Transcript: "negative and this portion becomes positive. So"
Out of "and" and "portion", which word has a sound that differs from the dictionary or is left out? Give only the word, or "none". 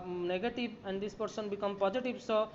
portion